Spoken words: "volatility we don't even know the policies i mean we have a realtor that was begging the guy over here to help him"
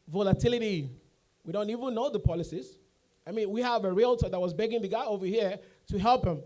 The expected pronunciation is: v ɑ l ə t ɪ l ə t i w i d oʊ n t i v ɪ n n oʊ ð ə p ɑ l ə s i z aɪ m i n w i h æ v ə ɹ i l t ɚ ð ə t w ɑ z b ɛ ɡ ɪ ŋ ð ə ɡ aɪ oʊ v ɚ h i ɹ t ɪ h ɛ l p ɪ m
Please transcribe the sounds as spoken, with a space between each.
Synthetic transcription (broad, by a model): v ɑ l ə t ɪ l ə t i w i d oʊ n t i v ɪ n n oʊ ð ə p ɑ l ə s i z aɪ m i n w i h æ v ə ɹ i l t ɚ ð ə t w ɑ z b ɛ ɡ ɪ ŋ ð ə ɡ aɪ oʊ v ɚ h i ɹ t ɪ h ɛ l p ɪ m